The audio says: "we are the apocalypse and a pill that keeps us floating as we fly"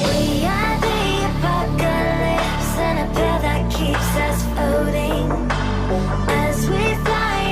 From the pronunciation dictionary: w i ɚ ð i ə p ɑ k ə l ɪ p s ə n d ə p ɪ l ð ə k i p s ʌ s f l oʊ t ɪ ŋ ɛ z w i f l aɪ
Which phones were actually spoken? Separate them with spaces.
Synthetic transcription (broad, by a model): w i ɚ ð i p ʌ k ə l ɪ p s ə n ə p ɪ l ð ə k i p s ʌ s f oʊ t ɪ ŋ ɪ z w i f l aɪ